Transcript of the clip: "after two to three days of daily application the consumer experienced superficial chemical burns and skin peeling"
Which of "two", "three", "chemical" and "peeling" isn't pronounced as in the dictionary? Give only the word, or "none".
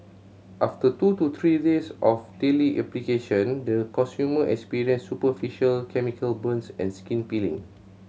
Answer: three